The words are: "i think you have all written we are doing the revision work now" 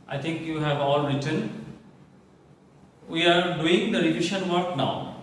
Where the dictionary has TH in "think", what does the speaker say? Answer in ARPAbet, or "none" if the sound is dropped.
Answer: T